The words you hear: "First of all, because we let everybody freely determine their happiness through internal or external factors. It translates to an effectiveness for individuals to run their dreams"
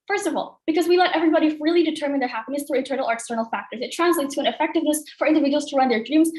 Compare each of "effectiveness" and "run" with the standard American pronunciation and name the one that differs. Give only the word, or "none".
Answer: none